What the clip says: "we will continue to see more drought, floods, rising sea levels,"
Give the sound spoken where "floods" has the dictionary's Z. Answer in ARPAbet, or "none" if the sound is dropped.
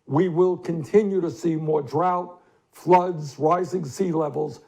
Z